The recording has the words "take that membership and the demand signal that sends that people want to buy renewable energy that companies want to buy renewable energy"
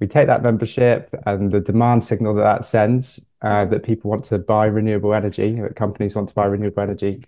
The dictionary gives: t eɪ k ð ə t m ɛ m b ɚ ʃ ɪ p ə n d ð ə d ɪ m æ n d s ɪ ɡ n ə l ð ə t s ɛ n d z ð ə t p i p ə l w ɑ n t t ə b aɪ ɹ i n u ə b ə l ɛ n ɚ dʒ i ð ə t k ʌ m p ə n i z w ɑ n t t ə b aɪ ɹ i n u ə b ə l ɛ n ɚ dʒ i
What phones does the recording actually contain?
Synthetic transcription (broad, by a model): t eɪ k ð ə t m ɛ m b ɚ ʃ ɪ p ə n ð ə d ɪ m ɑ n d s ɪ ɡ n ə l ð ə t s ɛ n d z ð ə t p i p ə l w ɑ n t t ə b aɪ ɹ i n u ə b ə l ɛ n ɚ dʒ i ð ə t k ʌ m p ə n i z w ɑ n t t ə b aɪ ɹ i n u ə b ə l ɛ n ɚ dʒ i